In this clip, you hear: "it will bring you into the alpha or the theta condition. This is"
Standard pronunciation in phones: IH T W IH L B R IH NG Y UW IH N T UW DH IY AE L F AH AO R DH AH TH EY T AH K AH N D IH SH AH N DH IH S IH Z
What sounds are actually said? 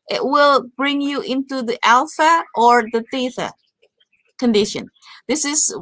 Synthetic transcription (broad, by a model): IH T W IH L B R IH NG Y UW IH N T UW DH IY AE L F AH AO R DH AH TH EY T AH K AH N D IH SH AH N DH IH S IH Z